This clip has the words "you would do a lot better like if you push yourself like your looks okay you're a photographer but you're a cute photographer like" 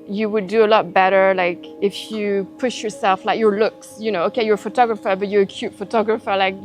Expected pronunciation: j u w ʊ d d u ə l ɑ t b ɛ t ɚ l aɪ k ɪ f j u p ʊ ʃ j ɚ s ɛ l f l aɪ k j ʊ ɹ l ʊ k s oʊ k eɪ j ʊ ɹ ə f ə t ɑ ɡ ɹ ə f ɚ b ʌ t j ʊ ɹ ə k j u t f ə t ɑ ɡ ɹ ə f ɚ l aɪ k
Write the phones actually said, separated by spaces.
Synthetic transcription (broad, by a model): j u w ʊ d d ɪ ə l ɑ t b ɛ t ɚ l aɪ k ɪ f j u p ʊ ʃ j ɚ s ɛ l f l aɪ k j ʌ ɹ l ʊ k s oʊ k eɪ j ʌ ɹ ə f ə t ɑ ɡ ɹ ə f ɚ b ʌ t j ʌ ɹ ə k j u t f ə t ɑ ɡ ɹ ə f ɚ l aɪ k